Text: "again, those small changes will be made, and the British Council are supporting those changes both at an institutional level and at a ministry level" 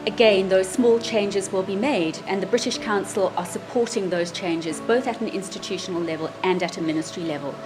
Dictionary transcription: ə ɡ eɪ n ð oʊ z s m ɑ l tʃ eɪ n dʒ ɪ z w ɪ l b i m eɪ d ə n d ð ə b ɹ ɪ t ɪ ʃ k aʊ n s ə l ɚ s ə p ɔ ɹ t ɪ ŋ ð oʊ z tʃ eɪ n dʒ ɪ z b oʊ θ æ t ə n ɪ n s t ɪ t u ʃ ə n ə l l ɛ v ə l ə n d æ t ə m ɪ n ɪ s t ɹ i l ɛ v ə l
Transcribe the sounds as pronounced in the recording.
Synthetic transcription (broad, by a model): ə ɡ eɪ n ð oʊ z s m ɑ l tʃ eɪ n dʒ ɪ z w ɪ l b i m eɪ d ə n ð ə b ɹ ɪ t ɪ ʃ k aʊ n s ə l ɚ s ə p ɔ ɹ t ɪ ŋ ð oʊ z tʃ eɪ n dʒ ɪ z b oʊ θ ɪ t n ɪ n s t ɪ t u ʃ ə n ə l l ɛ v ə l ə n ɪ t ə m ɪ n ɪ s t ɹ i l ɛ v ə l